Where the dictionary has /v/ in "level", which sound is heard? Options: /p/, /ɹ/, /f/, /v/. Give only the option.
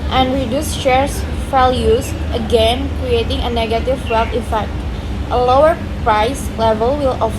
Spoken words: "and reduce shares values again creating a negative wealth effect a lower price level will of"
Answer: /v/